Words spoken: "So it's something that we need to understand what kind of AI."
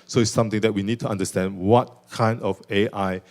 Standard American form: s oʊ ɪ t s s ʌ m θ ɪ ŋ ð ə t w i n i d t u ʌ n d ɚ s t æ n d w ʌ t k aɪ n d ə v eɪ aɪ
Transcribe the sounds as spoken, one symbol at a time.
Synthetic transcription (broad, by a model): s oʊ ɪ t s s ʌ m t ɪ ŋ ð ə t w i n i d t u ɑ n d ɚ s t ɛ n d w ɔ t k aɪ n d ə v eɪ aɪ